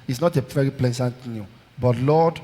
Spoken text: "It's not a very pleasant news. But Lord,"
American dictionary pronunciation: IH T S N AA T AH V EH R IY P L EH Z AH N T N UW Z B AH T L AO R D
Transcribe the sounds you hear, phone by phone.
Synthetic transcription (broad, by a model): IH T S N AA T AH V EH R IY P L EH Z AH N T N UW B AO T L AO D